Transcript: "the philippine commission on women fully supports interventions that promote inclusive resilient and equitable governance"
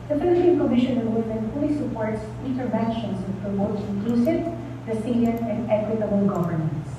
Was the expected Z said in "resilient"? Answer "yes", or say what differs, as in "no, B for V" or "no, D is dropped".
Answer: no, S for Z